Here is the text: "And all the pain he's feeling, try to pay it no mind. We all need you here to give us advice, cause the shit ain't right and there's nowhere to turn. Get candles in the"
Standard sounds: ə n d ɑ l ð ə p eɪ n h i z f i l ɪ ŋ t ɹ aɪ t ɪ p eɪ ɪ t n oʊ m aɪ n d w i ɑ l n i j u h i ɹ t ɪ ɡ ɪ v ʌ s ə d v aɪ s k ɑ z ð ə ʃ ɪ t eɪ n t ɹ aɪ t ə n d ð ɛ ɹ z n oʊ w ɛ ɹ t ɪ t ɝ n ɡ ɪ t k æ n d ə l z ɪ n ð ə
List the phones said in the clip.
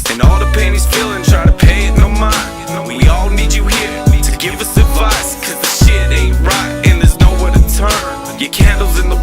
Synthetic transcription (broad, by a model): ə n ɑ l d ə p eɪ n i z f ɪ l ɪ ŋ t ɹ aɪ t ɪ p eɪ ɪ t n oʊ m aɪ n w i ɑ l n i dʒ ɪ h i ɹ t ɪ ɡ ɪ v ʌ s ə d v aɪ s k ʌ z ð ə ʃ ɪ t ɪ ɹ aɪ t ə n ð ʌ ɹ z n oʊ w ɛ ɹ t ɪ t ɝ n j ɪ k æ n d l z ɪ n ð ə